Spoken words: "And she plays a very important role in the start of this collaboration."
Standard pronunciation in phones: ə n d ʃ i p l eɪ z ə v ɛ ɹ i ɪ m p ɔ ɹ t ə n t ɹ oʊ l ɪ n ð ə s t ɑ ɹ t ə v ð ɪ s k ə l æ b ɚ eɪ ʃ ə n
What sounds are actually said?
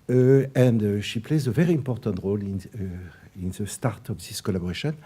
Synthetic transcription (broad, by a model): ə n d ʃ i p l eɪ z ə v ɛ ɹ i ɪ m p ɔ ɹ t ə n t ɹ oʊ l ɪ n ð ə s t ɑ ɹ t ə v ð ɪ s k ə l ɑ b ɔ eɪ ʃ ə n